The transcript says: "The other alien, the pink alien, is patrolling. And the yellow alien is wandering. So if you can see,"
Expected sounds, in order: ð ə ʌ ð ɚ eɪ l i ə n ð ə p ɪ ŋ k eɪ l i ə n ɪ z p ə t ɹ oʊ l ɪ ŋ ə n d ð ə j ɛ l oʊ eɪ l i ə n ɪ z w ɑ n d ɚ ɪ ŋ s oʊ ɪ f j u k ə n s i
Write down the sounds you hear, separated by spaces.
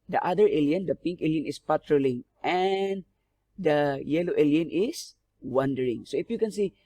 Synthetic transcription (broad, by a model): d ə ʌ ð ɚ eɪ l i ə n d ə p ɪ ŋ k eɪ l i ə n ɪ s p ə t ɹ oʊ l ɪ ŋ ə n d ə j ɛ l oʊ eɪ l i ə n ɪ s w ɑ n d ɚ ɪ ŋ s oʊ ɪ f j u k ə n s i